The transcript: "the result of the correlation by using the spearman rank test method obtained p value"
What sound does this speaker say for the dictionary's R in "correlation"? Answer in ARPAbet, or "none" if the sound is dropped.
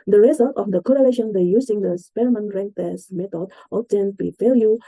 R